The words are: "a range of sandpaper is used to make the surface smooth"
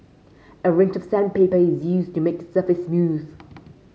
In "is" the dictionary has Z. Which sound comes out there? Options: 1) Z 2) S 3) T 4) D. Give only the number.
1